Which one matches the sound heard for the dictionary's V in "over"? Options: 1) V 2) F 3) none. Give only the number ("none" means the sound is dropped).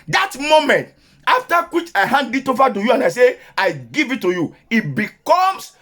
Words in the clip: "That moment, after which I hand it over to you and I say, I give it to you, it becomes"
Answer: 2